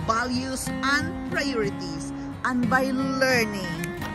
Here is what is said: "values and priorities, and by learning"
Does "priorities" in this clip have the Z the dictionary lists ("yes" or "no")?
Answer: no